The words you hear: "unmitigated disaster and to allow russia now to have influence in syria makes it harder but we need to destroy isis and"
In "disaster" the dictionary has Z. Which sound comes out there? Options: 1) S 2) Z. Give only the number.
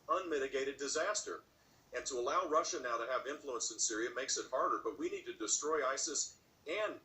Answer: 2